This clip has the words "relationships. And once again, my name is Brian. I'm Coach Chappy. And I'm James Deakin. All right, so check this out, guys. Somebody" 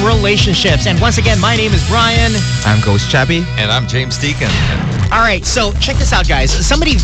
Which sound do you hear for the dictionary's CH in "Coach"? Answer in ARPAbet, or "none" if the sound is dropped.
S